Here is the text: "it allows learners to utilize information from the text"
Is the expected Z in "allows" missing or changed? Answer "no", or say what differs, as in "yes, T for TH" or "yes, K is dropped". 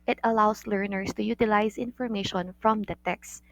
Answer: yes, S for Z